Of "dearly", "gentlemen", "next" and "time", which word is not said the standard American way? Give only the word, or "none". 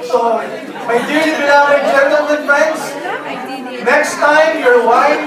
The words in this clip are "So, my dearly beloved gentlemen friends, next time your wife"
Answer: dearly